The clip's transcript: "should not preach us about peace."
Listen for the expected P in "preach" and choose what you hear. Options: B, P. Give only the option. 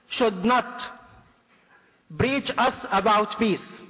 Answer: B